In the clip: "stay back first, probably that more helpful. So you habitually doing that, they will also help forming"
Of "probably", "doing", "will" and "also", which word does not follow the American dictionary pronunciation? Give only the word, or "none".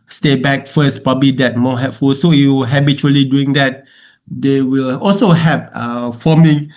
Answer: none